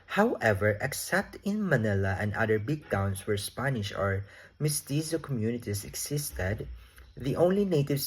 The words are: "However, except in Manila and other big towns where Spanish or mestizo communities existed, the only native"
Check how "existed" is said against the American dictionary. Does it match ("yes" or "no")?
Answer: no